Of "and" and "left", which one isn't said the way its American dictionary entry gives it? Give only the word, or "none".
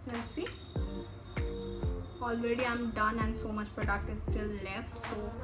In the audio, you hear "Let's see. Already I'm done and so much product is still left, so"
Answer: none